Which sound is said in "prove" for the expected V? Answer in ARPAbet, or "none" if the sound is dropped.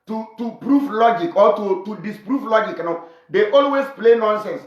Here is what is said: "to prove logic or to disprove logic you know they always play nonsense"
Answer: F